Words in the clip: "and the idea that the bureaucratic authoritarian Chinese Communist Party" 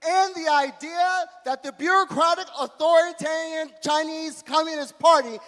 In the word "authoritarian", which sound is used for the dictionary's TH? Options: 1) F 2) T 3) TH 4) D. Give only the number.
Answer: 3